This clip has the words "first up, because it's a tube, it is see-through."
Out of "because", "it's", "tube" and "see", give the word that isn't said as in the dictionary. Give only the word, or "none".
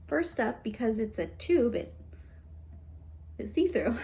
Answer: none